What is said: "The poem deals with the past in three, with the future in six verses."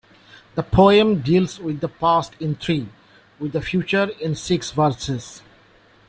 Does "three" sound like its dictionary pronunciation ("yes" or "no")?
no